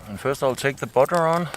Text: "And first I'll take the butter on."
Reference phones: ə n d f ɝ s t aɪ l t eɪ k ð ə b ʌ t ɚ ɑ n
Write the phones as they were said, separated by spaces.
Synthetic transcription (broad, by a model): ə n f ɝ s t aɪ l t eɪ k ð ə b ʌ t ɚ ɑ n